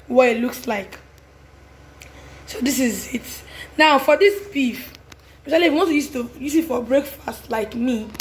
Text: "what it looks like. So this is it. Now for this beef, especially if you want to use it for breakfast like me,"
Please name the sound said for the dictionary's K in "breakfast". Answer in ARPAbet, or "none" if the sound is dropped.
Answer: K